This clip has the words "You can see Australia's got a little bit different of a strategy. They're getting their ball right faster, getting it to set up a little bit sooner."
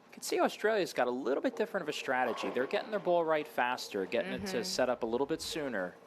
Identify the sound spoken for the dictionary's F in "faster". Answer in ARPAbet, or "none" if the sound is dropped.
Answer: F